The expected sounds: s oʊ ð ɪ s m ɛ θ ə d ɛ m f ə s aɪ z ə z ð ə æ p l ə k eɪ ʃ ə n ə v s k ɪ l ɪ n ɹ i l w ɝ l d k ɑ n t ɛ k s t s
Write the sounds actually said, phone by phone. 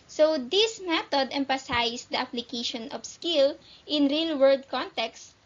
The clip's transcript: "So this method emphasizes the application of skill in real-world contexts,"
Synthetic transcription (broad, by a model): s oʊ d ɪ s m ɛ t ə d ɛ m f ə s aɪ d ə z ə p l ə k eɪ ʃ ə n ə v s k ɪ l ɪ n ɹ i l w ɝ d k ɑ n t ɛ k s s